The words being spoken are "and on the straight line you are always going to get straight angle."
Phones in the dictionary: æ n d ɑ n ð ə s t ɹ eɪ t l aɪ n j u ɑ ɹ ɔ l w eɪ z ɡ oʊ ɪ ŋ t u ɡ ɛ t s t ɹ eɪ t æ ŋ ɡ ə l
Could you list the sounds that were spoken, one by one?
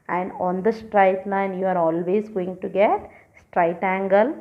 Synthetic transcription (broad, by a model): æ n d ɑ n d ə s t ɹ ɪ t n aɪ n j u ɑ ɹ ɔ l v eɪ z ɡ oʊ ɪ ŋ t u ɡ ɛ t s t ɹ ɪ t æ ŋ ɡ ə l